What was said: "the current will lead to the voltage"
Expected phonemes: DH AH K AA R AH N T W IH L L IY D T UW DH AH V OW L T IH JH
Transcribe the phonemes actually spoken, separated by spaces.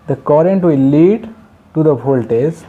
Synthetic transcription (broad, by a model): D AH K AA R AH N T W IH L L IY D T UW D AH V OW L T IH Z